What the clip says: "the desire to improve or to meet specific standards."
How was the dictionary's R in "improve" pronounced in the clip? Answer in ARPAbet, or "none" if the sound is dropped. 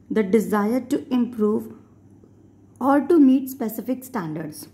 R